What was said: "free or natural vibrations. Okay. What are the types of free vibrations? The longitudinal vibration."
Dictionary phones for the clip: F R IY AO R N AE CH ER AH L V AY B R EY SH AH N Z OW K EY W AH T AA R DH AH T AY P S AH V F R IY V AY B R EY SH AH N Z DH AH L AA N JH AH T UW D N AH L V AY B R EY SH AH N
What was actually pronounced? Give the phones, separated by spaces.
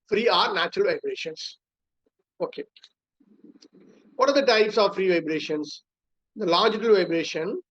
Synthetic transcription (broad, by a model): F R IY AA R N AE CH ER AH L V AY B R EY SH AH N S OW K EY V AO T AA R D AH T AY P S AH V F R IY V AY B R EY SH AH N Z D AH L AA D JH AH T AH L V AY B R EY SH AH N